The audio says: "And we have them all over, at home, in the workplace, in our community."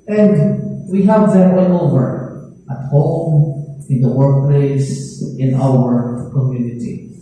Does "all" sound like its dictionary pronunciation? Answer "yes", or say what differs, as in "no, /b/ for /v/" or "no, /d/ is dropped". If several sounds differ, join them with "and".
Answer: no, /n/ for /l/